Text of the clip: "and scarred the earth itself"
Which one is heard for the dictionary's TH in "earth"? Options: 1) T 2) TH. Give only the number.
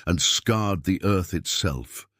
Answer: 2